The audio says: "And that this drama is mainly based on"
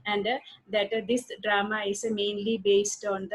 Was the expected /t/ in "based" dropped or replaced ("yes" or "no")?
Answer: no